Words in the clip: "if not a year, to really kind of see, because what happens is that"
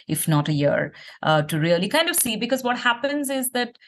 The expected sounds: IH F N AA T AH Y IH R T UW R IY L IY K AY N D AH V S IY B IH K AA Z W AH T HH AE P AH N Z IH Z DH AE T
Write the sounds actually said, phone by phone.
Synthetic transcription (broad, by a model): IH F N AA T AH Y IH R T UW R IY L IY K AY N D AH V S IY B IH K AA Z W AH T HH AE P AH N Z IH Z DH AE T